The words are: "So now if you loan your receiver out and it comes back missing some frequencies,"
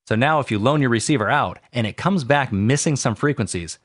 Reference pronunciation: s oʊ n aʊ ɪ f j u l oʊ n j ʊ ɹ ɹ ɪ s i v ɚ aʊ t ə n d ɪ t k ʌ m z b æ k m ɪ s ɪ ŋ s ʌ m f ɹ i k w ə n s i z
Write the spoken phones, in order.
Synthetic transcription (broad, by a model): s oʊ n aʊ ɪ f j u l oʊ n j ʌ ɹ ɹ ɪ s i v ɚ aʊ t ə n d ɪ t k ʌ m z b æ k m ɪ s ɪ ŋ s ʌ m f ɹ i k w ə n s i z